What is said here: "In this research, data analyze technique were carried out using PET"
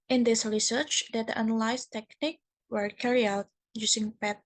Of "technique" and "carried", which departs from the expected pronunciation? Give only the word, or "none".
carried